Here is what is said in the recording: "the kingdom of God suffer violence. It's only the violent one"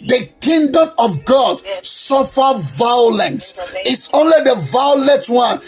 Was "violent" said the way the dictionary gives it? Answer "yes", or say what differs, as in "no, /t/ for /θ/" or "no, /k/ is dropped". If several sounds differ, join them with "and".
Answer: no, /n/ is dropped